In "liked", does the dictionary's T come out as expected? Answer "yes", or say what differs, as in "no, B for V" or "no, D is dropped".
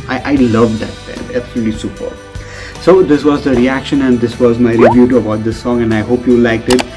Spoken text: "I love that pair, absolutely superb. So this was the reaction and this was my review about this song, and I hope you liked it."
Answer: yes